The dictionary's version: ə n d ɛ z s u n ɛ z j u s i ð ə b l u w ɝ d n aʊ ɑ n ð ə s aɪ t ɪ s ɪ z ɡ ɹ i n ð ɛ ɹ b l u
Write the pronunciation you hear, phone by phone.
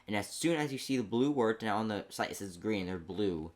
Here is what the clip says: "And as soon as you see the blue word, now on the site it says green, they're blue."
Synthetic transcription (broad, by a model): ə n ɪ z s u n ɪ z j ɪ s i ð ə b l u w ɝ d n aʊ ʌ n ð ə s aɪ ɪ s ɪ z ɡ ɹ i n ð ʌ ɹ b l u